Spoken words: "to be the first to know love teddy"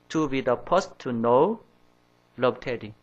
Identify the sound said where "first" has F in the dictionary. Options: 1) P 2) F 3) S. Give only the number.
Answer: 1